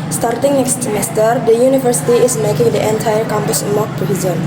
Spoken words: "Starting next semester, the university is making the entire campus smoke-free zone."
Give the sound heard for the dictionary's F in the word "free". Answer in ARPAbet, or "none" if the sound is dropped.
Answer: P